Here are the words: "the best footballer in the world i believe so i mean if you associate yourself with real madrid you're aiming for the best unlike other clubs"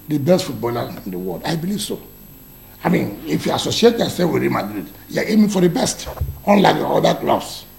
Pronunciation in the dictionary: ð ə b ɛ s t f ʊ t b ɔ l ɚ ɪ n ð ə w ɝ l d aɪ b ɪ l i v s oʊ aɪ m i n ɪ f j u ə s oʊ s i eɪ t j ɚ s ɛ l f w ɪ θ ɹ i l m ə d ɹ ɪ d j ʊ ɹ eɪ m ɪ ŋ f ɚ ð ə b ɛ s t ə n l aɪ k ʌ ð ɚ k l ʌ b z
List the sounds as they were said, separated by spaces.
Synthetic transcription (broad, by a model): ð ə b ɛ s t f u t b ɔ l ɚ ɪ n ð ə w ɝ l d aɪ b ɪ l i v s oʊ aɪ m i n ɪ f j u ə s oʊ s i eɪ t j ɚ s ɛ f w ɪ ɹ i m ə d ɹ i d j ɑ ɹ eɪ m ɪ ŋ f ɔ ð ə b ɛ s t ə n l aɪ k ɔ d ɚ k l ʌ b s